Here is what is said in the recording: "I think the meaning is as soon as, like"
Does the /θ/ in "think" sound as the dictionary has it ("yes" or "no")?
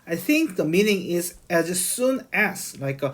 yes